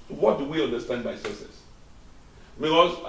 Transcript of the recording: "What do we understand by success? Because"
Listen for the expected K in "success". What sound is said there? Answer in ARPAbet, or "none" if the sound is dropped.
none